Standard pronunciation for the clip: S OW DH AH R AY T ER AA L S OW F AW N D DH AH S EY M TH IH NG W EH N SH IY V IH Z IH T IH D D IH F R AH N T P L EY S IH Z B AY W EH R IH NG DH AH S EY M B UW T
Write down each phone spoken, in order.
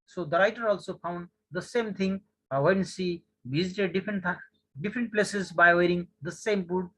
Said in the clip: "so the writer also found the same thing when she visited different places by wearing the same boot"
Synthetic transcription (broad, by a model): S OW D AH R AY T ER AA L S OW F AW N D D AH S EY M T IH NG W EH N S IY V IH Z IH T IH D D IH F R AH N T P L EY S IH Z B AY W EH R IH NG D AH S EY M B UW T